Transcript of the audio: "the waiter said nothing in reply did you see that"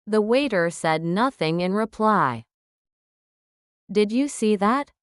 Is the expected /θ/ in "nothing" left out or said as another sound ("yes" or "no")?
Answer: no